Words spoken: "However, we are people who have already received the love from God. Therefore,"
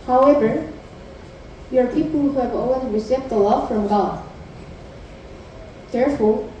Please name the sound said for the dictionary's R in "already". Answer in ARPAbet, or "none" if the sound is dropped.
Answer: W